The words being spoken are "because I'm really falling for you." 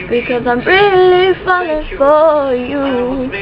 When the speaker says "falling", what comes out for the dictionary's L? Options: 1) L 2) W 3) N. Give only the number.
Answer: 3